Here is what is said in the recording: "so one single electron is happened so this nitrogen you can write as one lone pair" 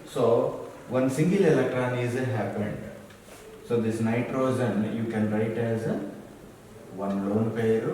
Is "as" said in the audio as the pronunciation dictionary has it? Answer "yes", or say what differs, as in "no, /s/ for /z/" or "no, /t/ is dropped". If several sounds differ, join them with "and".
yes